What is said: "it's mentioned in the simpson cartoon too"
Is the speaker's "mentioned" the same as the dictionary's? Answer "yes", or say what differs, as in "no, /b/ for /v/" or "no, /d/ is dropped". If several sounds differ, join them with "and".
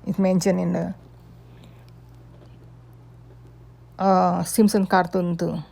no, /d/ is dropped